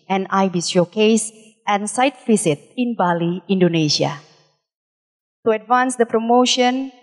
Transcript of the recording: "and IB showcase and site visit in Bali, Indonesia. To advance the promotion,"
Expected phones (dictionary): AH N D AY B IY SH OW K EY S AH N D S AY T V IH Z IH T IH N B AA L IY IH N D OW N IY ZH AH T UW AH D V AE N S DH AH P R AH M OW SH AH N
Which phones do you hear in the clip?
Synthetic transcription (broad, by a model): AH N AY B IY S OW K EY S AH N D S AY T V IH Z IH T IH N B AA L IY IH N D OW N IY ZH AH T UW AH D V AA N S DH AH P R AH M OW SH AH N